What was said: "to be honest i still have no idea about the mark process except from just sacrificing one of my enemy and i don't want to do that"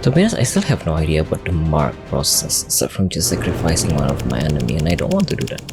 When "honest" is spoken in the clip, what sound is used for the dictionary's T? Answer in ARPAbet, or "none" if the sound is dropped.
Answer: none